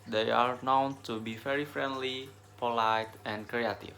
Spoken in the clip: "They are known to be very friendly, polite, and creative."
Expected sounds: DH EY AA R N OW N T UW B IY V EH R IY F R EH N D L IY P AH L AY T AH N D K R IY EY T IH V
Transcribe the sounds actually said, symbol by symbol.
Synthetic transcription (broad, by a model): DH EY AA R N OW N T UW B IY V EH R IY F R EH N D L IY P AH L AY T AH N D K R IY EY T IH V